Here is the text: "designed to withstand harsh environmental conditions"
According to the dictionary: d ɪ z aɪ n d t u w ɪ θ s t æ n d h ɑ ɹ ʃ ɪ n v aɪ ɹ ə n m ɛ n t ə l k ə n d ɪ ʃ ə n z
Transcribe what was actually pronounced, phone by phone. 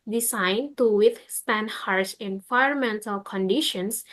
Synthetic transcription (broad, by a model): d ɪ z aɪ n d t u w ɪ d s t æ n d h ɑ ɹ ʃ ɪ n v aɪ ə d m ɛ n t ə l k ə n d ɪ ʃ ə n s